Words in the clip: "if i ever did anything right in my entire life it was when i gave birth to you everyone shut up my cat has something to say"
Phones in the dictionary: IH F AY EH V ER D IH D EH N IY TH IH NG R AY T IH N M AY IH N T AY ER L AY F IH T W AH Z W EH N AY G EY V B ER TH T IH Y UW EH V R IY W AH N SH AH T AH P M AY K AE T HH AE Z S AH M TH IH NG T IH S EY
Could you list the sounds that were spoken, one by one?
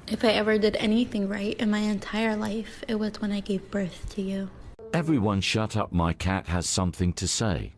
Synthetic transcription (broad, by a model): IH F AY EH V ER D IH D EH N IY TH IH NG R AY T IH N M AY IH N T AY ER L AY F IH T W AH Z W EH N AY G EY V B ER TH T IH Y UW EH V R IY W AH N SH AH T AH P M AY K AE T HH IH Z S AH M TH IH NG T IH S EY